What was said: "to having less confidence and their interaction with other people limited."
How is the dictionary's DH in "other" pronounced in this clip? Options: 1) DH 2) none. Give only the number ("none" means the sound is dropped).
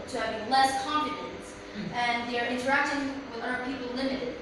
2